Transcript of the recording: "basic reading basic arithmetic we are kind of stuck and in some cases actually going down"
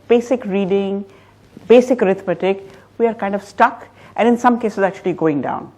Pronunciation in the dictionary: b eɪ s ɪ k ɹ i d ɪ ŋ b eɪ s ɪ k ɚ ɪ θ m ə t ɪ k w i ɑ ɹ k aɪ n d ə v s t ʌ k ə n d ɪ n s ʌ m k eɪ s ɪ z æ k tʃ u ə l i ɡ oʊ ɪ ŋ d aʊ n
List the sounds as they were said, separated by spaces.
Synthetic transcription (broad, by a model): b eɪ s ɪ k ɹ i d ɪ ŋ b eɪ s ɪ k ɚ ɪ t m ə t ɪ k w i ɑ ɹ k aɪ n d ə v s t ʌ k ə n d ɪ n s ʌ m k eɪ s ɪ z æ k tʃ u ə l i ɡ oʊ ɪ ŋ d aʊ n